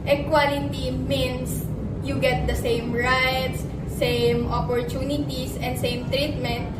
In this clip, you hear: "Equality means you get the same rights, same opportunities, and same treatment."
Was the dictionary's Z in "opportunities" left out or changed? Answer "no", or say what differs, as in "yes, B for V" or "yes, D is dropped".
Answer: yes, S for Z